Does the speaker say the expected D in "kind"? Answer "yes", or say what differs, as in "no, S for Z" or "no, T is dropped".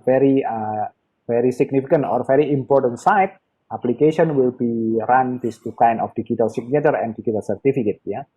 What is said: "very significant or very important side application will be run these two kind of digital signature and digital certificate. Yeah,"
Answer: no, D is dropped